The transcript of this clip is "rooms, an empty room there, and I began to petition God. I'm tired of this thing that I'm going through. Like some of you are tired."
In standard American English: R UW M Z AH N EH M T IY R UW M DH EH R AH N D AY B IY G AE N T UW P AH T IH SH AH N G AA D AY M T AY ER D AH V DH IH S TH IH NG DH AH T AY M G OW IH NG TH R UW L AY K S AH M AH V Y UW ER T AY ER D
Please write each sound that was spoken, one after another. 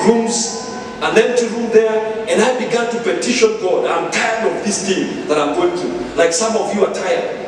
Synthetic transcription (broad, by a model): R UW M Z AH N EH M T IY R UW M DH EH R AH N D AY B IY G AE N T UW P AH T IH SH AH N G AA D AY M T AY ER D AH V DH IH S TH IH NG DH AH T AY M G OW IH NG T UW L AY K S AH M AH V Y UW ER T AY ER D